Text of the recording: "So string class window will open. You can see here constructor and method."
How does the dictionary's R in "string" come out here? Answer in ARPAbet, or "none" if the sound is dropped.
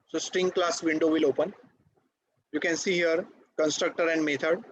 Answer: R